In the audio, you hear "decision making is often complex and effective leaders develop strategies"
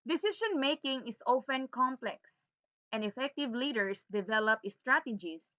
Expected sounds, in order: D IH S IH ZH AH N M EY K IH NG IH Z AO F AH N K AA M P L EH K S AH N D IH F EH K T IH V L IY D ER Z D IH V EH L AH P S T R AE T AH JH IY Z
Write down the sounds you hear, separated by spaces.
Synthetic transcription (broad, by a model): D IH S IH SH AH N M EY K IH NG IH S AO F AH N K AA M P L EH K S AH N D IH F EH K T IH V L IY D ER S D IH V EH L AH P S T R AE T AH JH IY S